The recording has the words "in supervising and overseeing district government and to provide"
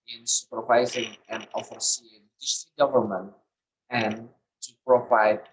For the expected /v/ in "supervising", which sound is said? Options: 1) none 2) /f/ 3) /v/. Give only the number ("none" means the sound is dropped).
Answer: 3